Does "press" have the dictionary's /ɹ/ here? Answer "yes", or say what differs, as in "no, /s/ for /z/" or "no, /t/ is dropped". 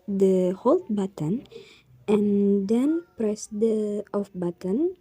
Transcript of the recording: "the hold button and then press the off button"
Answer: yes